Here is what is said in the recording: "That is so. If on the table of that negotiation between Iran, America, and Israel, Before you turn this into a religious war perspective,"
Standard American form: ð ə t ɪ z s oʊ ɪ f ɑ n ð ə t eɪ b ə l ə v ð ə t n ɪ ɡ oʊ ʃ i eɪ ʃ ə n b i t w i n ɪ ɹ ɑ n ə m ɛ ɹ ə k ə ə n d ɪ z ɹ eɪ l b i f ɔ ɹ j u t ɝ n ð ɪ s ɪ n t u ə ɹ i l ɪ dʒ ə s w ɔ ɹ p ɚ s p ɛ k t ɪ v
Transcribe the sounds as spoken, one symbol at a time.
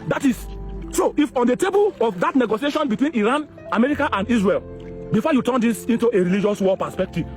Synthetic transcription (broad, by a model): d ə t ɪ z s oʊ ɪ f ɑ n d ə t eɪ b ə l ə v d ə t n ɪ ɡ oʊ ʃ i eɪ ʃ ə n b i t w i n ɪ ɹ ɑ n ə m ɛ ɹ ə k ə ə n d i s ɹ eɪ l b i f ɔ j u t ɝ n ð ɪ s ɪ n t u ə ɹ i l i dʒ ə s w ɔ l p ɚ s p ɛ k t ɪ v